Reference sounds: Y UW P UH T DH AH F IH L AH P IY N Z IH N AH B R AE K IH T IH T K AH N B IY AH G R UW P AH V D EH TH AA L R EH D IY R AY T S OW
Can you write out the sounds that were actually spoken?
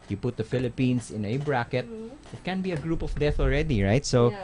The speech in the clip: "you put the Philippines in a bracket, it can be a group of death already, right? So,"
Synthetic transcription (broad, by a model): Y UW P UH T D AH F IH L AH P IY N S IH N AH B R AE K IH T IH T K AH N B IY AH G R UW P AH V D EH TH AA L R EH D IY R AY T S OW